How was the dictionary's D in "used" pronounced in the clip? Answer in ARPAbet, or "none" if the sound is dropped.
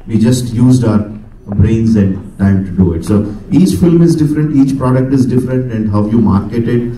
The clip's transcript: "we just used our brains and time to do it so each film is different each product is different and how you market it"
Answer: D